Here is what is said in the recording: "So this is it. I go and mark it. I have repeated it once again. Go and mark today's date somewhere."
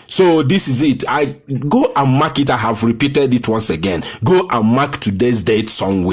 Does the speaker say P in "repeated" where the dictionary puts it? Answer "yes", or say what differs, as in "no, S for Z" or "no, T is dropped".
yes